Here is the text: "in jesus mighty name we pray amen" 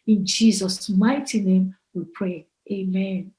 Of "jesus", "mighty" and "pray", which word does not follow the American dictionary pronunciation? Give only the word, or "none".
none